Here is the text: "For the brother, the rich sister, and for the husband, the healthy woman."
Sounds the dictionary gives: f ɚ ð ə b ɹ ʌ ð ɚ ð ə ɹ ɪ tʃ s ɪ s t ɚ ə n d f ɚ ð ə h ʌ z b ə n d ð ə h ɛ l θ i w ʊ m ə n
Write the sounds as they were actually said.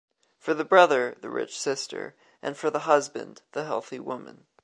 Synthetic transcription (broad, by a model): f ɚ ð ə b ɹ ʌ ð ɚ ð ə ɹ ɪ tʃ s ɪ s t ɚ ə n f ɚ ð ə h ʌ z b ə n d ð ə h ɛ l θ i w ʊ m ə n